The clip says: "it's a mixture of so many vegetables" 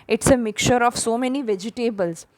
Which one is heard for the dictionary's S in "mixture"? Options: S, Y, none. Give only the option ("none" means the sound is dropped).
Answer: none